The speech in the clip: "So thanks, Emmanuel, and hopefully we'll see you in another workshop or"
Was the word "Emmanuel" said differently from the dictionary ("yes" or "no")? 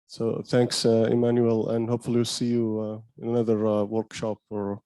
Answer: no